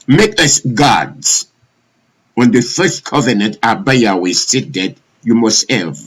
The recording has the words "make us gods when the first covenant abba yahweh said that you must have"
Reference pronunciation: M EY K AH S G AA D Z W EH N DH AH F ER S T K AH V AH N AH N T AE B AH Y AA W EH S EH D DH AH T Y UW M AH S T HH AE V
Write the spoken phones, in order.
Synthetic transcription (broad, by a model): M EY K AH S G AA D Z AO N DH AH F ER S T K AH V AH N AH N T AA B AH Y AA W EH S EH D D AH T Y UW M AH S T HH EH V